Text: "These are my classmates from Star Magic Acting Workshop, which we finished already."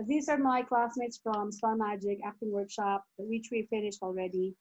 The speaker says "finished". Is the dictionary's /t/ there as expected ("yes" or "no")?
yes